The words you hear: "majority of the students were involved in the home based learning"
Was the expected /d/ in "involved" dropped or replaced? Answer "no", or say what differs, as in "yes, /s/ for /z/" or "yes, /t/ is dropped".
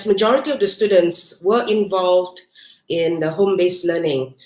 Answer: no